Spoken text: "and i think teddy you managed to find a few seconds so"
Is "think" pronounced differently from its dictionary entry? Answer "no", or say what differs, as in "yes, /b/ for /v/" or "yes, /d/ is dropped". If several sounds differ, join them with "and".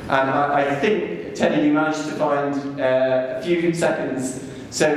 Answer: no